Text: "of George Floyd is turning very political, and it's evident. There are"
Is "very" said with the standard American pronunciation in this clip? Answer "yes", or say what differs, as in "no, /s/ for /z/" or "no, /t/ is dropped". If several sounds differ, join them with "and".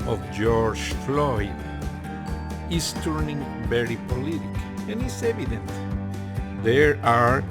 no, /b/ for /v/